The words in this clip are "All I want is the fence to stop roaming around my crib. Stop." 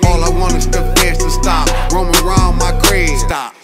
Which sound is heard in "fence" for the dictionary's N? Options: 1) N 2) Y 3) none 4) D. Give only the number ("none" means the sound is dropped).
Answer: 3